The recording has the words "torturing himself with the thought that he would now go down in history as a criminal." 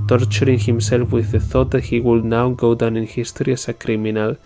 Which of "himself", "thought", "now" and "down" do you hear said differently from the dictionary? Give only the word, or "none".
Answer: none